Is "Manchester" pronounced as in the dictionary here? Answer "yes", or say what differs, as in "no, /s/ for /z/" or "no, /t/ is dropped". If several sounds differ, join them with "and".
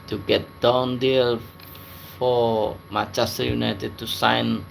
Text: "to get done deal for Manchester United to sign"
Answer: no, /n/ is dropped